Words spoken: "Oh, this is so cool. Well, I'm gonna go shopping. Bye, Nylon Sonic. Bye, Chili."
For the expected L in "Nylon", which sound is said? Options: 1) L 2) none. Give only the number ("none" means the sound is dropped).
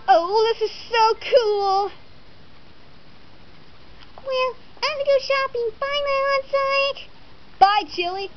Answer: 2